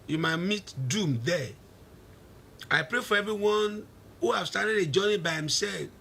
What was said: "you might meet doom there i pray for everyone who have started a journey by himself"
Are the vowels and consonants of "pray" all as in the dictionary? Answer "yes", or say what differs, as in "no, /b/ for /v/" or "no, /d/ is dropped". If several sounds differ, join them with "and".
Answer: yes